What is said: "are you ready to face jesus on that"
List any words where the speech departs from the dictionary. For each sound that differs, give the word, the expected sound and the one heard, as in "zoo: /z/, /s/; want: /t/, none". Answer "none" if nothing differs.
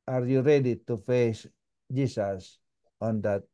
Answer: jesus: /z/, /s/